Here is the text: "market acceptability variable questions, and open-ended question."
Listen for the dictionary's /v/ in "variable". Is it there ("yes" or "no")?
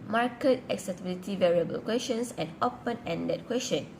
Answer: yes